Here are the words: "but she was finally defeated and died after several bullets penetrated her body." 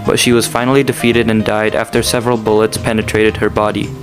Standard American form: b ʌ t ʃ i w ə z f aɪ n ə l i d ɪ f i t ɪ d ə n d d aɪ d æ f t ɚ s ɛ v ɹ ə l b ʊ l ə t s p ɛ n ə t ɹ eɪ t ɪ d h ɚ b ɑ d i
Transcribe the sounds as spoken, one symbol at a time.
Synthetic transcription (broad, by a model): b ʌ t ʃ i w ə z f aɪ n l i d ɪ f i t ɪ d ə n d d aɪ d æ f t ɚ s ɛ v ɹ ə l b ʊ l ə t s p ɛ n ə t ɹ eɪ t ɪ d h ɚ b ɑ d i